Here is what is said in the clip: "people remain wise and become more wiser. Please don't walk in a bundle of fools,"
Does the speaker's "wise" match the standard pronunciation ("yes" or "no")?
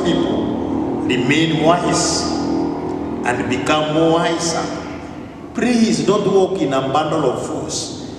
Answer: no